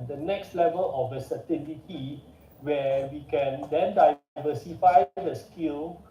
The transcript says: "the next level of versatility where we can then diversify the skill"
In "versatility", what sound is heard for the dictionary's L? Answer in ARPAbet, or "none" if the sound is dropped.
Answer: N